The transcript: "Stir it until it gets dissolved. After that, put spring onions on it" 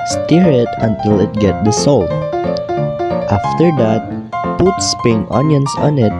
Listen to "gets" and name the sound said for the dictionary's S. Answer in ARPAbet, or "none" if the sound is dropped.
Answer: none